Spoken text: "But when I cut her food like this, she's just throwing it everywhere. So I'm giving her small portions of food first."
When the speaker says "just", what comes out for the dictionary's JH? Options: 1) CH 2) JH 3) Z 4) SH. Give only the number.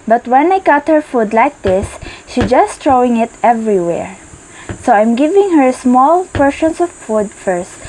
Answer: 2